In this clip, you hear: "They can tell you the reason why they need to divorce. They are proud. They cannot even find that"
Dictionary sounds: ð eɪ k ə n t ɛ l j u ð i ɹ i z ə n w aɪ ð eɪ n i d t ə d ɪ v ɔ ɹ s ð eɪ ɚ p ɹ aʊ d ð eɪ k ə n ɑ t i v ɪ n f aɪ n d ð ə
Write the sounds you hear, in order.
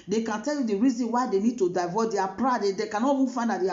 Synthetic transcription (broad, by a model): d eɪ k ə n t ɛ l j u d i ɹ i z ə n w aɪ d eɪ n i d t ə d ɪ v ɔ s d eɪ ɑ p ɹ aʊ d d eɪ k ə n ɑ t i f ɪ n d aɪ d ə